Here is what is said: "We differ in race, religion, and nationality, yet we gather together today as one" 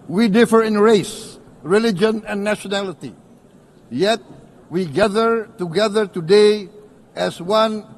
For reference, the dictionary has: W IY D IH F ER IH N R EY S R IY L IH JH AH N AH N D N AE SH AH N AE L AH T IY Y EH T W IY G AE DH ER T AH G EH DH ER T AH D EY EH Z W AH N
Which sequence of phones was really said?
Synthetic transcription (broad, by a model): W IY D IH F ER IH N R EY S R IY L IH JH AH N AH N N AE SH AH N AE L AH T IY Y EH T W IY G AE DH ER T AH G EH DH ER T AH D EY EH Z W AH N